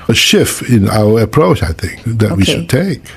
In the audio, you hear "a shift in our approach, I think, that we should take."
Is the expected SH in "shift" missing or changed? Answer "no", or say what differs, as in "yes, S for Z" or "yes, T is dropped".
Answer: no